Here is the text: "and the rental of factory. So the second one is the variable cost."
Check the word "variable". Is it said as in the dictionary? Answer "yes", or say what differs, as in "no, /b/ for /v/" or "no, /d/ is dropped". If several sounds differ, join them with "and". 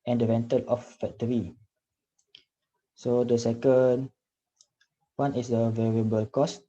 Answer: yes